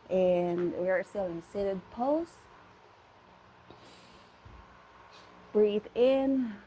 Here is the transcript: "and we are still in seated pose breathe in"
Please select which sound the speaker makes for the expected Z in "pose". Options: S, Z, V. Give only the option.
S